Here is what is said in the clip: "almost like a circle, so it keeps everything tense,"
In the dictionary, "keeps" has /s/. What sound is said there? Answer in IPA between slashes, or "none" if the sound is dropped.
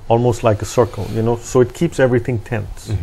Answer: /s/